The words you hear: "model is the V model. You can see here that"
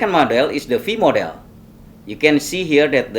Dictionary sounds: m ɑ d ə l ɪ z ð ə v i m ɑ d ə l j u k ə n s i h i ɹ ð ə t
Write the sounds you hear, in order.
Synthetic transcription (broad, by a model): m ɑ d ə l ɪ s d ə f i m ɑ d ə l j u k ə n s i h i ɹ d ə t